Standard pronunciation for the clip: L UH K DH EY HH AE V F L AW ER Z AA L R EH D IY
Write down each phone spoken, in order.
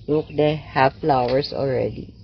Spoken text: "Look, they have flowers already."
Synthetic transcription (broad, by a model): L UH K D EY HH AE F F L AW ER S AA L R EH D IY